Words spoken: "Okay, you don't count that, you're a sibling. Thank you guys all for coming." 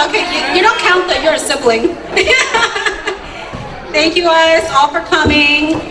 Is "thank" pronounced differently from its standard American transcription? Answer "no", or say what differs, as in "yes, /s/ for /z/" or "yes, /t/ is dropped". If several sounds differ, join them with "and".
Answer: no